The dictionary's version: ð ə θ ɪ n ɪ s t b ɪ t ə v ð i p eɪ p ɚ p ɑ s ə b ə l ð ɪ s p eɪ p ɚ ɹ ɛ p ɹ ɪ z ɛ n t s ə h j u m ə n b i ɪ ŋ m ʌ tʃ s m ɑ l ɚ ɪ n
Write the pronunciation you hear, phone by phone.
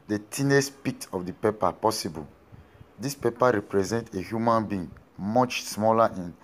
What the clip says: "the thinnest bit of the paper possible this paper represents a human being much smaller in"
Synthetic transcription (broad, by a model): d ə t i n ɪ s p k t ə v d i p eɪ p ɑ p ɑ s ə b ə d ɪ s p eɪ p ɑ ɹ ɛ p ɹ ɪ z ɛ n t ə h j u m ə n b i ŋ m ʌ tʃ s m ɑ l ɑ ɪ n